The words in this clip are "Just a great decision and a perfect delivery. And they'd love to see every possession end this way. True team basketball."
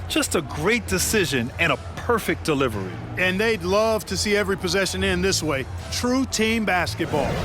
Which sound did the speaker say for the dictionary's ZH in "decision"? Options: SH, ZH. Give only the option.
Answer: ZH